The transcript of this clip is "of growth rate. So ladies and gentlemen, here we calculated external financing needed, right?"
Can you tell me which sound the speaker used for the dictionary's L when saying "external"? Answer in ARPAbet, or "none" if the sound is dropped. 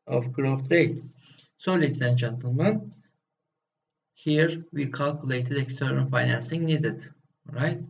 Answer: N